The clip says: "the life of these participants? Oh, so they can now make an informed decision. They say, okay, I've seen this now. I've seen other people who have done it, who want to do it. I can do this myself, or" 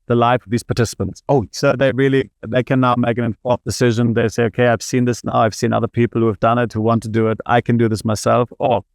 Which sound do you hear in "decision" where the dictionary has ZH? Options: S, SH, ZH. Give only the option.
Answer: ZH